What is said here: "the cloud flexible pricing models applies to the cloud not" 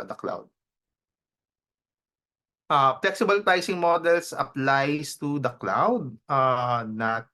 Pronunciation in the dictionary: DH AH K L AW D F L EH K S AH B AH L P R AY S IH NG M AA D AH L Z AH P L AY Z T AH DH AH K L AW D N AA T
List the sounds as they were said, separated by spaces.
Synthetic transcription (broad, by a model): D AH K L AW D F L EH K S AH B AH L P AY S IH NG M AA D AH L S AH P L AY S T AH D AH K L AW D N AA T